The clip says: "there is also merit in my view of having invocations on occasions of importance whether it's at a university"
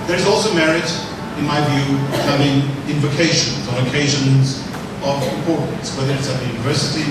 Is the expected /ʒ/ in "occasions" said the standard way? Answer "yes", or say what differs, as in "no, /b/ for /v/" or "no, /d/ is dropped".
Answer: yes